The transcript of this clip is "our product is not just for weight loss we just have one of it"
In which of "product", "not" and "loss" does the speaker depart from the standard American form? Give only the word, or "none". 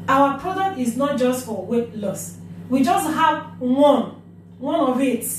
none